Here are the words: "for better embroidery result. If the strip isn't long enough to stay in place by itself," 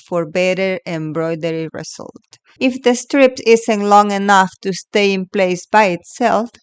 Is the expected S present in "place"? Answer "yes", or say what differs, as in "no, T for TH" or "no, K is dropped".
yes